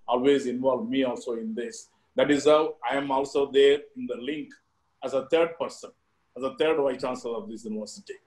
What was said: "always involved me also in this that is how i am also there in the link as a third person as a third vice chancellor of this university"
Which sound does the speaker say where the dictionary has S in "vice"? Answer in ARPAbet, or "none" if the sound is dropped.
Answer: none